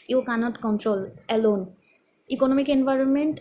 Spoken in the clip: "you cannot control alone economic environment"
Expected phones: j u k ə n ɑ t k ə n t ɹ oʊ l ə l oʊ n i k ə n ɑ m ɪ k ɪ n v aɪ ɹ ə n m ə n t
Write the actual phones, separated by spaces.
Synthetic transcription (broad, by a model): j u k ə n ɑ t k ə n t ɹ oʊ l ə l oʊ n i k ə n ɑ m ɪ k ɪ n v aɪ ɹ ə n m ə n t